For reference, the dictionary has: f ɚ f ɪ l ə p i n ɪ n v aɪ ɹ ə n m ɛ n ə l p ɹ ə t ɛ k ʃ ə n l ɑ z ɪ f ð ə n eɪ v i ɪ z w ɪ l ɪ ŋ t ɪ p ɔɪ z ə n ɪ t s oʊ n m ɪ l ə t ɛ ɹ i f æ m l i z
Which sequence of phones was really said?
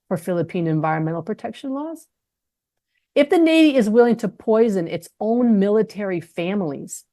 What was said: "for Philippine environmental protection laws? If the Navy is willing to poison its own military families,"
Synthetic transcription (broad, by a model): f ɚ f ɪ l ə p i n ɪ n v aɪ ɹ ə n m ɛ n l p ɹ ə t ɛ k ʃ ə n l ɑ z ɪ f ð ə n eɪ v i ɪ z w ɪ l ɪ ŋ t ɪ p ɔɪ z ə n ɪ t s oʊ n m ɪ l ə t ɛ ɹ i f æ m l i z